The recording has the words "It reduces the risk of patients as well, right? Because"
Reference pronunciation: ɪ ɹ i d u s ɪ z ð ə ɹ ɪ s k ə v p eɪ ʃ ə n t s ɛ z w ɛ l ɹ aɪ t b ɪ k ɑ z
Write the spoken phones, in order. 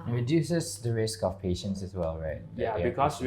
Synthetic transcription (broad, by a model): ɹ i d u s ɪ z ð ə ɹ ɪ s k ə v p eɪ ʃ ə n t s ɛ s w ɛ l ɹ aɪ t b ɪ k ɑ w